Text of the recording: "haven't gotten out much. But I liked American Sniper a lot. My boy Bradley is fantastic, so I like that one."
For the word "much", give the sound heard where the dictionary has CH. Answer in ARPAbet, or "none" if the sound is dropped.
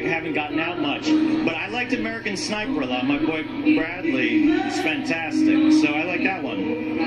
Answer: CH